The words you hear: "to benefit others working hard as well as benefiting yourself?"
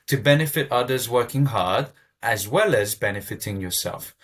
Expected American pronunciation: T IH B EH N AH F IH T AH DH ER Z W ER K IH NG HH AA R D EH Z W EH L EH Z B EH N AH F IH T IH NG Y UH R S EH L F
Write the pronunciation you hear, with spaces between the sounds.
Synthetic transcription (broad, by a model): T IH B EH N AH F IH T AH DH ER Z W ER K IH NG HH AA R D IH Z W EH L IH Z B EH N AH F IH T IH NG Y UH R S EH L F